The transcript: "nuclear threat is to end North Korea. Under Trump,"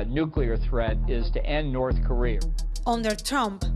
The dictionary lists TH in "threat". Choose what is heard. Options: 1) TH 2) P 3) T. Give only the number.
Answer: 1